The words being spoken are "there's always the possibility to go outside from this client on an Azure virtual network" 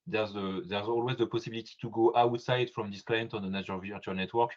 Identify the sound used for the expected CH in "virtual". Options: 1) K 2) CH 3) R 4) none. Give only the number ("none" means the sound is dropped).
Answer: 4